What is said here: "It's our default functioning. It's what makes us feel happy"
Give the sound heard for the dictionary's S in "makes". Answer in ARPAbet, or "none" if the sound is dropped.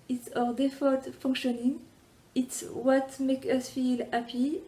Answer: none